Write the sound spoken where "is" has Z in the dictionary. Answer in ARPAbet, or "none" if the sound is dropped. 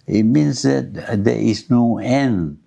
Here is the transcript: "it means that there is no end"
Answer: S